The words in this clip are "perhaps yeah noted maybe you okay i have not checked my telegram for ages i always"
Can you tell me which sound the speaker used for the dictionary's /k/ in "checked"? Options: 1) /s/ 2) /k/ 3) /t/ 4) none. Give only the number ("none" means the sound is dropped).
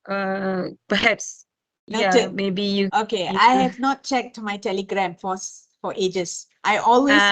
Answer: 2